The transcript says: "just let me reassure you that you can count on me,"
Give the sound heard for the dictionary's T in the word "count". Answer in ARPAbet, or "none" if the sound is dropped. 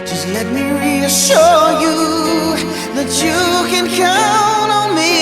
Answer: none